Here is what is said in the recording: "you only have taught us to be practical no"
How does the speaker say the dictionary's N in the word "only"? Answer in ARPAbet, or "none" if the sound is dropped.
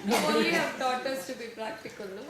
none